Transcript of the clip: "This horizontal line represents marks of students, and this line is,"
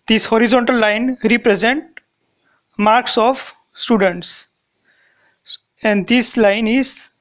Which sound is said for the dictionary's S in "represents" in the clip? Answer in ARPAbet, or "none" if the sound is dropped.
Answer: none